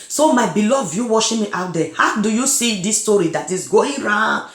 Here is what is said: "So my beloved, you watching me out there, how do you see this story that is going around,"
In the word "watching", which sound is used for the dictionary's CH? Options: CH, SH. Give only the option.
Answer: SH